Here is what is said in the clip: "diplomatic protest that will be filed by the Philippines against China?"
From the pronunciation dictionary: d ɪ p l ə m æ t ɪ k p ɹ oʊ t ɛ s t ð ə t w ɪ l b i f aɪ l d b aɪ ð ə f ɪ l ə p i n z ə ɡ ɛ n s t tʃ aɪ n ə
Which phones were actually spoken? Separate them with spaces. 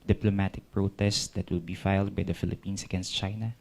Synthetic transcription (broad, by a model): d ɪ p l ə m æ t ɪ k p ɹ oʊ t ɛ s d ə t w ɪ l b i f aɪ l d b aɪ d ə f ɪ l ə p i n s ə ɡ ɛ n s t tʃ aɪ n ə